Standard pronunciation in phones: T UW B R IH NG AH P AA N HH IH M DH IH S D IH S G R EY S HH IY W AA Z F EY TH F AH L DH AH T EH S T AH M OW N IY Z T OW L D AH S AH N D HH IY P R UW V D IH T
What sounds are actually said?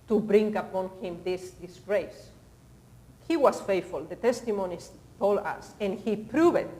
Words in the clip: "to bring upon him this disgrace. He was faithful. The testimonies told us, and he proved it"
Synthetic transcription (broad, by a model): T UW B R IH NG AH P AA N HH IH M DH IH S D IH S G R EY S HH IY W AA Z F EY T F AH L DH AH T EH S T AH M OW N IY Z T OW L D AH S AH N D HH IY P R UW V IH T